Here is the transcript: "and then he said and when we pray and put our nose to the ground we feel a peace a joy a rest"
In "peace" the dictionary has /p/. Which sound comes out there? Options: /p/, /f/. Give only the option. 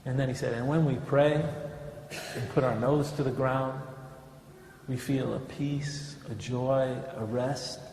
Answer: /p/